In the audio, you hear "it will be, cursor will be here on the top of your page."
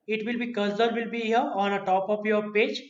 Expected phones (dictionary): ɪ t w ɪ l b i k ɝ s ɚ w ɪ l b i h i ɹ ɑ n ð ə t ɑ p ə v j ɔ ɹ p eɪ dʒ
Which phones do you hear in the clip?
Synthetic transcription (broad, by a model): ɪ t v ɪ l b i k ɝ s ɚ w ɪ l b i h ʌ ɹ ɑ n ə t ɑ p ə p j ɔ ɹ p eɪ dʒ